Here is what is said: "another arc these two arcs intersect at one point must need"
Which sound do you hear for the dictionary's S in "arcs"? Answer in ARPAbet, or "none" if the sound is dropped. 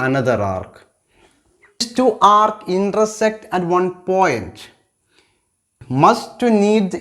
none